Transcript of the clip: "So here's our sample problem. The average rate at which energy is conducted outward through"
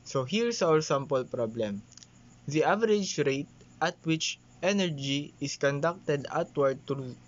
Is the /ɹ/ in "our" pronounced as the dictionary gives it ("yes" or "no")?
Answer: no